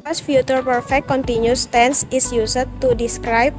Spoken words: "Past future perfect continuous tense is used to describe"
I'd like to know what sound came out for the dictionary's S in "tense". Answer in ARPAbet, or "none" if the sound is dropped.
S